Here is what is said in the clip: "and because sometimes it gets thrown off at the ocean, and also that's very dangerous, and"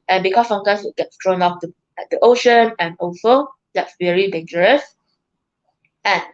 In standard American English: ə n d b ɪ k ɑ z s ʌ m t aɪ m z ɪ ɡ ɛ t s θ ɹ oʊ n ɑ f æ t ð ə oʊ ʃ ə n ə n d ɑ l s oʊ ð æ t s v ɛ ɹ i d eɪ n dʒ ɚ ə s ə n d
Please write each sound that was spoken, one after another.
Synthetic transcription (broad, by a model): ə n b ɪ k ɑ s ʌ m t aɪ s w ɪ ɡ ɛ t s t ɹ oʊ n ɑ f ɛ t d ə oʊ ʃ ə n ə n ɑ l s oʊ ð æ t s v ɛ ɹ i d eɪ n dʒ ɚ ə s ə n